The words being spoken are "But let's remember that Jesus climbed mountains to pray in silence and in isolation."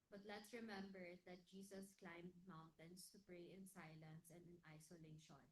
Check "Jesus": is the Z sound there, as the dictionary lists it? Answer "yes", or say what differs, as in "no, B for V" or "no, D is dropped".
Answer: no, S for Z